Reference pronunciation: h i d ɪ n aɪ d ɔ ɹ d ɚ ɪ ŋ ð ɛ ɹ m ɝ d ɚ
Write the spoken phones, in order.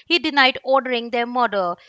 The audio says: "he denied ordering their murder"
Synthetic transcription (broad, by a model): h i d ɪ n aɪ d ɔ ɹ d ɚ ɪ ŋ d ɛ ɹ m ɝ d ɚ